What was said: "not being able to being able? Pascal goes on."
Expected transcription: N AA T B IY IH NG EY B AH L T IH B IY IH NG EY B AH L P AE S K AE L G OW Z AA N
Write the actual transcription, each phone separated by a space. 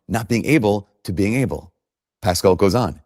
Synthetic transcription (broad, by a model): N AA T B IY IH NG EY B L T IH B IY IH NG EY B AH L P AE S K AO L G OW Z N